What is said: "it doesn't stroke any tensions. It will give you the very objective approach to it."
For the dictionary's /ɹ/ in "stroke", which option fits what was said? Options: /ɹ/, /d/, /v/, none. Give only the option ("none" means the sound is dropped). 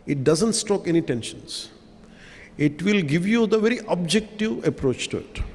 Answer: none